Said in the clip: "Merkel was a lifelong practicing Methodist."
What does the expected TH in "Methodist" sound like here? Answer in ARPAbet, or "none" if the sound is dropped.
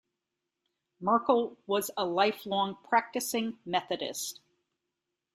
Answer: TH